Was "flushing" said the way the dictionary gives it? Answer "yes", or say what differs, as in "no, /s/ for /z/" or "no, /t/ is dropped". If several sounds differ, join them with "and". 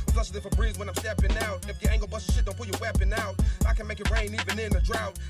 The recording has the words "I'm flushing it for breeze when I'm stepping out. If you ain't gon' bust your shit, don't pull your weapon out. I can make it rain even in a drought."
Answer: no, /s/ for /ʃ/